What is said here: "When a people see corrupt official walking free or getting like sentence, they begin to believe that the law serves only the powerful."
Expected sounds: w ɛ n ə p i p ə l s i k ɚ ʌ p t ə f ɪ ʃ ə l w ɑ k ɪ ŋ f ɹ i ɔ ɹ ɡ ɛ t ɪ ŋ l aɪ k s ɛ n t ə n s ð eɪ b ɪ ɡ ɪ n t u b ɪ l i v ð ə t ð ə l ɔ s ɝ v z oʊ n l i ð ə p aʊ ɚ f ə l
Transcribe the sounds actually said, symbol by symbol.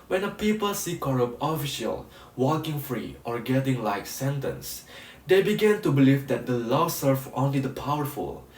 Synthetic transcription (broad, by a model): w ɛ n ə p i p ə l s i k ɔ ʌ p ə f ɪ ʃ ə l w ɑ k ɪ ŋ f ɹ i ɔ ɹ ɡ ɛ t ɪ ŋ l aɪ k s ɛ n t ə n s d eɪ b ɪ ɡ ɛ n t u b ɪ l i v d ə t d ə l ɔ s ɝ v oʊ n l i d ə p aʊ ɚ f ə l